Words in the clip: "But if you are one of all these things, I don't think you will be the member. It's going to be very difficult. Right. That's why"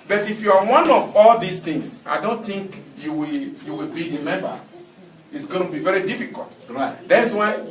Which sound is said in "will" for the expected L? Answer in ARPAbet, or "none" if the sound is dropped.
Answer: W